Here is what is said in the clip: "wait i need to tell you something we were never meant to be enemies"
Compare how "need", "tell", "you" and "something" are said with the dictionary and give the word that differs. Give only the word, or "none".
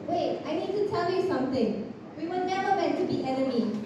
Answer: something